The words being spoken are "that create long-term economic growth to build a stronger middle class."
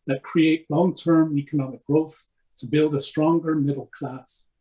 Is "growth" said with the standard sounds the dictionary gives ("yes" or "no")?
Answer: yes